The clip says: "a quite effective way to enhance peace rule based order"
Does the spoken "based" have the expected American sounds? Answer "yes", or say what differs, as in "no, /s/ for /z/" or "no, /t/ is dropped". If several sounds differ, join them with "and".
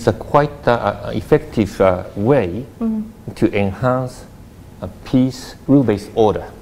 no, /t/ is dropped